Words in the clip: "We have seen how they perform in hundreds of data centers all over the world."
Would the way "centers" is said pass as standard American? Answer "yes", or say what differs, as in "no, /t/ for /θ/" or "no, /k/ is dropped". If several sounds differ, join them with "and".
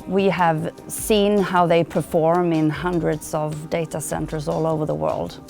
yes